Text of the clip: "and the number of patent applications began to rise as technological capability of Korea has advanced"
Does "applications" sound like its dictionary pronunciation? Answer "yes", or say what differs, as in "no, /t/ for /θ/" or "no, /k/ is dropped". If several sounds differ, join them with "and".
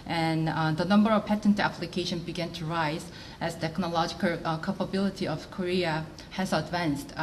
no, /z/ is dropped